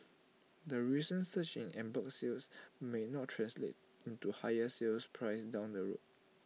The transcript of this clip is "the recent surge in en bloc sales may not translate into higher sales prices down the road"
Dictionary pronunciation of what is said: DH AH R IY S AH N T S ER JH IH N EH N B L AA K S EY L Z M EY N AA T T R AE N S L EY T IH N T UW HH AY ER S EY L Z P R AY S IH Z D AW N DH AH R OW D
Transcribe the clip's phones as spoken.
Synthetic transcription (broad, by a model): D AH R IY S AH N S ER CH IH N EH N B AA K S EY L S M EY N AA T T R AE N S L EY T IH N T UW HH AY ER S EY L S P R AY S D AW N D AH R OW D